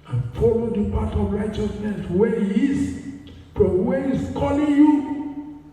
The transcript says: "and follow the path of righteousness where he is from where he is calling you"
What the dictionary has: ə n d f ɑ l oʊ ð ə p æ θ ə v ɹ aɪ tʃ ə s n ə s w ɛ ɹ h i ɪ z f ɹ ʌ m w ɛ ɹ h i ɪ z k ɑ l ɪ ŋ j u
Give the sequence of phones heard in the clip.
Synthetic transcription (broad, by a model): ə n f ɑ l oʊ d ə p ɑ t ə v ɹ aɪ tʃ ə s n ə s w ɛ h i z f ɹ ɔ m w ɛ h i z k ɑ l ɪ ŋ j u